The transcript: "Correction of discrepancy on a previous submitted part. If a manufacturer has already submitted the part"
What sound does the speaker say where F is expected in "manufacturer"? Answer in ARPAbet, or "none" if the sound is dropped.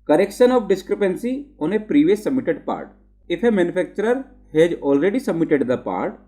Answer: P